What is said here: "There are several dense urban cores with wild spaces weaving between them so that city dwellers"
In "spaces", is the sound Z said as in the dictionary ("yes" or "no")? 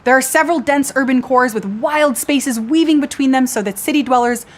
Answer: yes